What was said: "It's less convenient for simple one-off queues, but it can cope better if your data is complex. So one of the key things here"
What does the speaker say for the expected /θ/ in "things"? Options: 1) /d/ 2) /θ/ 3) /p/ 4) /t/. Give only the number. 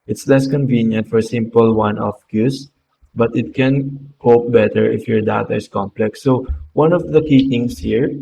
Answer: 4